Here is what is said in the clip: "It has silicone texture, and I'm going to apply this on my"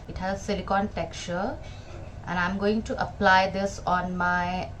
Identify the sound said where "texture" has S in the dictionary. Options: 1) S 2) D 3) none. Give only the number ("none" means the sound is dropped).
3